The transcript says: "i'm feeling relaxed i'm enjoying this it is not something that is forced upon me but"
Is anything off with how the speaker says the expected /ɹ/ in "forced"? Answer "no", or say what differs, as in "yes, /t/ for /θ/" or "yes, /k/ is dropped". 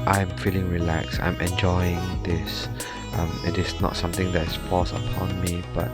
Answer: yes, /l/ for /ɹ/